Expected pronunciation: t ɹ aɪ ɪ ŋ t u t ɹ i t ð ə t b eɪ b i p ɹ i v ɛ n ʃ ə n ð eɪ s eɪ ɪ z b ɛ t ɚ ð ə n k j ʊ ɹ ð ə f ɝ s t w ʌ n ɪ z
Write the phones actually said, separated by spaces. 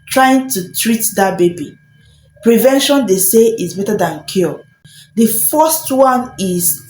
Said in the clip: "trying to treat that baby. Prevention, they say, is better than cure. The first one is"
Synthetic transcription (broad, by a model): t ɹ aɪ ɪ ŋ t u t ɹ i t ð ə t b eɪ b i p ɹ i v ɛ n ʃ ə n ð eɪ s eɪ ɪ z b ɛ t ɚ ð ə n k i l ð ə f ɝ s t w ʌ n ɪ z